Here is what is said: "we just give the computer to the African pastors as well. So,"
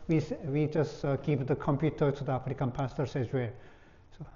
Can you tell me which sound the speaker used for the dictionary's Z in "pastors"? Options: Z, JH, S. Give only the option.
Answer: S